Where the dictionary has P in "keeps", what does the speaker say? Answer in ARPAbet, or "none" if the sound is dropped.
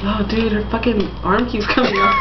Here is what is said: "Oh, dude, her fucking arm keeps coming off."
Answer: none